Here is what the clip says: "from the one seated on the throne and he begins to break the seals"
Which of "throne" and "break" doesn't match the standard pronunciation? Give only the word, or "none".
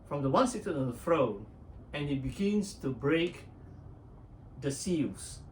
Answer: throne